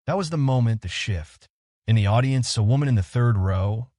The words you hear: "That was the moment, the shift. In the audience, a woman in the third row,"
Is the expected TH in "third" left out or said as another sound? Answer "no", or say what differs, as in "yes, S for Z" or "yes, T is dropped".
no